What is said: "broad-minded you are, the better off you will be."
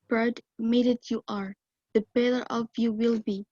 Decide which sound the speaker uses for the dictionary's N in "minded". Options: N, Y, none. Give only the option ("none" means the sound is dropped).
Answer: none